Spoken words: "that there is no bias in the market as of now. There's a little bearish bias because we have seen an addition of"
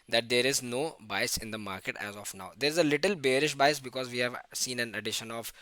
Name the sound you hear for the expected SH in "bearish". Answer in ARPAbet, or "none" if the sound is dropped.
SH